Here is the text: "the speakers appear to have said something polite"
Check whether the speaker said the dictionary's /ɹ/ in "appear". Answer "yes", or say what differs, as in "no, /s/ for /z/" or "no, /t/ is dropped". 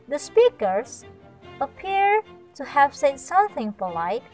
yes